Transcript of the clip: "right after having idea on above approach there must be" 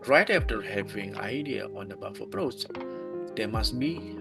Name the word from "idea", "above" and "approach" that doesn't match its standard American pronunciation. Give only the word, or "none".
above